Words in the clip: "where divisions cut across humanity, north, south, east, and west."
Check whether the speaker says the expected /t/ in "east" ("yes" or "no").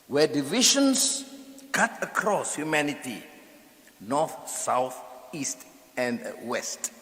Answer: yes